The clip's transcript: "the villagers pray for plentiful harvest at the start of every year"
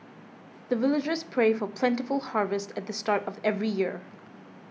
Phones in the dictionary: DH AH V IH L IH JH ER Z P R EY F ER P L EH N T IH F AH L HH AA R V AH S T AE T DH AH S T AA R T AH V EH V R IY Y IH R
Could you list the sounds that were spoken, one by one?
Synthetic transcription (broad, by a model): DH AH V IH L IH JH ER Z P R EY F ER P L EH N T IH F AH L HH AA R V AH S T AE T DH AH S T AA R T AH V EH V R IY Y IH R